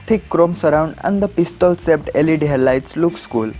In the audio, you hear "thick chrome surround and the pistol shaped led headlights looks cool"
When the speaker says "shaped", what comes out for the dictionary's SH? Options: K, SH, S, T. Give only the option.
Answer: S